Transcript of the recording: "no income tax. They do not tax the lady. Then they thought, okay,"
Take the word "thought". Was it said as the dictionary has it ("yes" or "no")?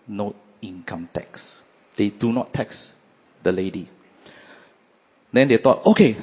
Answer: no